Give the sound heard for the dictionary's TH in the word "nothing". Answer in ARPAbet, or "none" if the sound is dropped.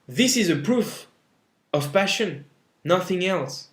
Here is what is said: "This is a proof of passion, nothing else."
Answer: TH